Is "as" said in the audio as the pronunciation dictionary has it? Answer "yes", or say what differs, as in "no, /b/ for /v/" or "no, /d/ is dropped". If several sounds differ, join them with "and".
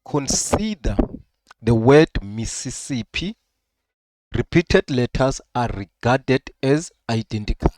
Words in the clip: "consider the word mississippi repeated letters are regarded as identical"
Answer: yes